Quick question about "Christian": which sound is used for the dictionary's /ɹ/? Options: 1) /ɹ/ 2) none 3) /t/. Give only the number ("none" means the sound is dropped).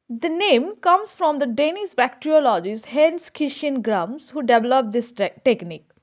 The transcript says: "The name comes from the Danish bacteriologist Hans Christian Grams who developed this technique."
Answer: 2